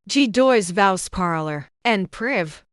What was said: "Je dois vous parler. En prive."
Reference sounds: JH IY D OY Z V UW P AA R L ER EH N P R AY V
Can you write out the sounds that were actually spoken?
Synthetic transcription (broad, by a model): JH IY D OY Z V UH P AA R L ER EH N P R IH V